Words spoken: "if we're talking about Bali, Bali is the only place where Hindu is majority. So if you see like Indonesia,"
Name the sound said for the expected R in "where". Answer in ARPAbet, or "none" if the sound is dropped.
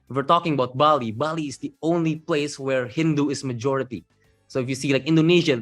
R